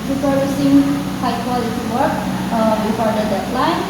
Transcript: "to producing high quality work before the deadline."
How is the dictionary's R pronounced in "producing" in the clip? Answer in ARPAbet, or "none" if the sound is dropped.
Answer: none